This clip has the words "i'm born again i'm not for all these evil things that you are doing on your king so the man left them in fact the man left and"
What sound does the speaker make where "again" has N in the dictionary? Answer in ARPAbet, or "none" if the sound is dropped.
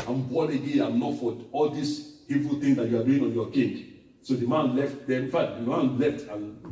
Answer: none